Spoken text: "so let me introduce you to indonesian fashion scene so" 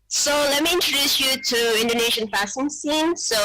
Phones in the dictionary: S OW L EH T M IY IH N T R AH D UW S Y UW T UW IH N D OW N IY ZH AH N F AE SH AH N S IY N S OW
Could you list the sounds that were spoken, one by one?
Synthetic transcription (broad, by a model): S OW L EH T M IY IH N T R AH D UW S Y UW T UW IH N D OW N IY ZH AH N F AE S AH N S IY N S OW